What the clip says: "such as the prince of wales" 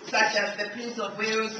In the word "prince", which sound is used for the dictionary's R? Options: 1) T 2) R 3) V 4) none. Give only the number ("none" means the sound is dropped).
4